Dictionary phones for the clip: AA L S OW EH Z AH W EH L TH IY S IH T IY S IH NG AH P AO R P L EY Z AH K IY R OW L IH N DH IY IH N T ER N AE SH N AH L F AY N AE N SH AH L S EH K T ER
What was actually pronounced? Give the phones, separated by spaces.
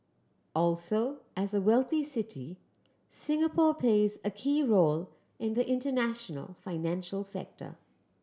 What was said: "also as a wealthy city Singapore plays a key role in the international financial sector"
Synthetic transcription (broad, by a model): AA L S OW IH Z AH W EH L TH IY S IH T IY S IH NG AH P AO R P L EY Z AH K IY R OW L IH N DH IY IH N T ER N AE SH N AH L F AY N AE N SH AH L S EH K T ER